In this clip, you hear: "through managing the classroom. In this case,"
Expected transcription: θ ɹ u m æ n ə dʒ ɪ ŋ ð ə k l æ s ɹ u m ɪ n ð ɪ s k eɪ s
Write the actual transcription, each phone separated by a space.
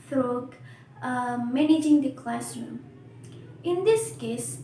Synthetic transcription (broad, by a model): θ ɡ m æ n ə dʒ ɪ ŋ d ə k l æ s ɹ u m ɪ n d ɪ s k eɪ s